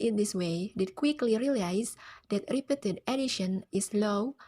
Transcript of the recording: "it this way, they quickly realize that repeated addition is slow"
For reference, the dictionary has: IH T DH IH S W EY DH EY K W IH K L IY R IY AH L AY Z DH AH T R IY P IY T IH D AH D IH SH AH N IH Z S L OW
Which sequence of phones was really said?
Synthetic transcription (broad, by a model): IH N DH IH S W EY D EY K W IH K L IY R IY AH L AY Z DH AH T R IY P IY T IH D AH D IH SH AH N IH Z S L OW